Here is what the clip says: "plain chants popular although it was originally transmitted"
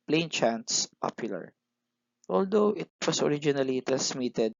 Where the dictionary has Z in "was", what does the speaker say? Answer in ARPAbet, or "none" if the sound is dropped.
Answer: S